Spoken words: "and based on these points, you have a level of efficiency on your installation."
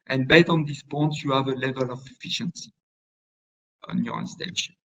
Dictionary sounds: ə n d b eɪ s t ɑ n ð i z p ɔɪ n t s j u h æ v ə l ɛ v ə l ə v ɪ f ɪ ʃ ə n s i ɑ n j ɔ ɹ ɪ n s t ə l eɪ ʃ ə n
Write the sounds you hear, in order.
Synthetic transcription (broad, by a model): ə n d b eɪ t ɑ n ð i s p ɔɪ n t j u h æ v ə l ɛ v ə l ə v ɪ f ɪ ʃ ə n s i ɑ n j ɔ ɹ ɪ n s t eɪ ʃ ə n